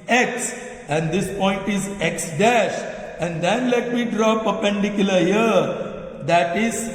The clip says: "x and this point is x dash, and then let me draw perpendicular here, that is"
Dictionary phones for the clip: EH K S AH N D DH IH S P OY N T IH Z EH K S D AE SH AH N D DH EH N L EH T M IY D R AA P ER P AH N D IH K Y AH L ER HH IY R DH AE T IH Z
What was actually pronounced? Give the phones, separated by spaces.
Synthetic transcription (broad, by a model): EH K S AH N D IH S P OY N T IH Z EH K S D AE SH AH N D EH N L EH T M IY D R AA P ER P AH N D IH K Y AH L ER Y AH R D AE T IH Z